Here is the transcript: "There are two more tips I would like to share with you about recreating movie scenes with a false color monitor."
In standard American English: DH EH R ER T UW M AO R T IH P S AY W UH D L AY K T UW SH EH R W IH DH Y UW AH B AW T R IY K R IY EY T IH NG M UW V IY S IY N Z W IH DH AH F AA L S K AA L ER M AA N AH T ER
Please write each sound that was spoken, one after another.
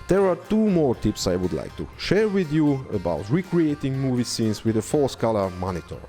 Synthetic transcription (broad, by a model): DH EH R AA T UW M AO R T IH P S AY W UH D L AY K T UW SH EH R W IH DH Y UW AH B AW T R IY K R IY EY T IH NG M UW V IY S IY N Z W IH DH AH F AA S K AA L ER M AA N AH T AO